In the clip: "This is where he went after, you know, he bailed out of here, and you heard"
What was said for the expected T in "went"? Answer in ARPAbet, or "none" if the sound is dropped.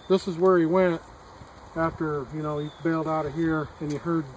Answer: T